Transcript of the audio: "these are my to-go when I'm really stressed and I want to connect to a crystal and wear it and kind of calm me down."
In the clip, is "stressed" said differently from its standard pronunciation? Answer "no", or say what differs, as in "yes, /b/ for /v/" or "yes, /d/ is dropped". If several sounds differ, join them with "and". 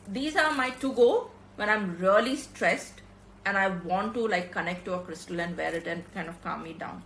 no